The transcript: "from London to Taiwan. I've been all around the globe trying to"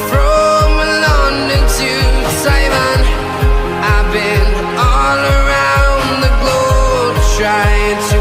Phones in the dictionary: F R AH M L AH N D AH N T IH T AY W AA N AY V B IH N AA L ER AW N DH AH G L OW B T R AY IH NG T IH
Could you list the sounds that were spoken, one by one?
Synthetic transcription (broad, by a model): F R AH M L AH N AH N T IH S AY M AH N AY B IH N AA L ER AW N DH AH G L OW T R AY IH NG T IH